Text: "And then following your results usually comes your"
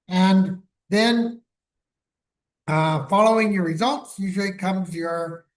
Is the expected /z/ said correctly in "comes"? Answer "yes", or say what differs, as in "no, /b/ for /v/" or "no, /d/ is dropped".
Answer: yes